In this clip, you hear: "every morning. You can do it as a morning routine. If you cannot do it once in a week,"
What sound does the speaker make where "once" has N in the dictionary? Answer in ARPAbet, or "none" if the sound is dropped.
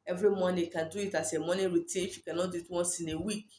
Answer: none